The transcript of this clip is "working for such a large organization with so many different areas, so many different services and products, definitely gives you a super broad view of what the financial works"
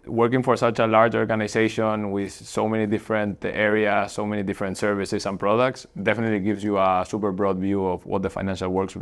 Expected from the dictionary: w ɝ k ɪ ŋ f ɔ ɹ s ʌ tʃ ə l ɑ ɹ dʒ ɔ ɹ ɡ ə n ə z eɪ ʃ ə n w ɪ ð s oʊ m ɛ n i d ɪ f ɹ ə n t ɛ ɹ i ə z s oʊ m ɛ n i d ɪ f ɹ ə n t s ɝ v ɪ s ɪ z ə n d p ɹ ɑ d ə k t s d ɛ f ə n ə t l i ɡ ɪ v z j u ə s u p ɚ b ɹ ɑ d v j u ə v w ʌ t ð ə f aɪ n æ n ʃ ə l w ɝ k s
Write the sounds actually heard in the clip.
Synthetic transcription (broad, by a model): w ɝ k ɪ ŋ f ɔ ɹ s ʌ tʃ ə l ɑ ɹ dʒ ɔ ɹ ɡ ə n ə s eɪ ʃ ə n w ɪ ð s oʊ m ɛ n i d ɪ f ɹ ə n t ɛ ɹ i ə s oʊ m ɛ n i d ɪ f ɹ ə n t s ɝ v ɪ s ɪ s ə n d p ɹ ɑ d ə k t s d ɛ f ə n ə t l i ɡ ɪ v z j u ə s u p ɚ b ɹ ɑ d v j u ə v w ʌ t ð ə f aɪ n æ n ʃ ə l w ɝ k s